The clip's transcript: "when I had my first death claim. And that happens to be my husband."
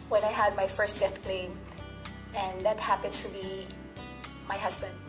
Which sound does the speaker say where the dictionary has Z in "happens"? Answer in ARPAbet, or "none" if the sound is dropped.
S